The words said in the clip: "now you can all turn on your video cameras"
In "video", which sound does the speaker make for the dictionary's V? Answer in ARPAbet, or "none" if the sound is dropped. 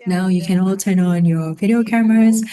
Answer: V